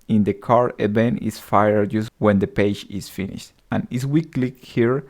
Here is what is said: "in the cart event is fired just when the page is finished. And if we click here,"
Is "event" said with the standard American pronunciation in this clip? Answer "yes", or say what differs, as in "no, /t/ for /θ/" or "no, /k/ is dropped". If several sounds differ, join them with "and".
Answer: no, /b/ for /v/ and /t/ is dropped